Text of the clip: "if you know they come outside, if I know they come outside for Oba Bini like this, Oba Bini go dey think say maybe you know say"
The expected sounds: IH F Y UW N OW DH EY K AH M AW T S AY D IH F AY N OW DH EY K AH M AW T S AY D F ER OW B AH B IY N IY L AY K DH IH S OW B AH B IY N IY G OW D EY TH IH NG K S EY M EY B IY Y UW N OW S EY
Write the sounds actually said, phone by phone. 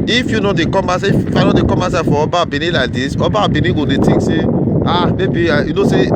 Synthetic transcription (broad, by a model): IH F Y UW N OW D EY K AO M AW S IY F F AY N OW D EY K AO M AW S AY F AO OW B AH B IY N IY L AY K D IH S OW B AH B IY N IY G OW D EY T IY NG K S EY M EY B IY Y UW N OW S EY